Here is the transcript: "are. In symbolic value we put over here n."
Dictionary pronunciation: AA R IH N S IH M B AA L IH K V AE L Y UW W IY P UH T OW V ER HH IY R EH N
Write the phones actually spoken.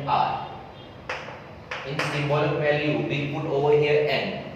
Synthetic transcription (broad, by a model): AA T IH N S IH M AA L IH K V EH L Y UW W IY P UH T OW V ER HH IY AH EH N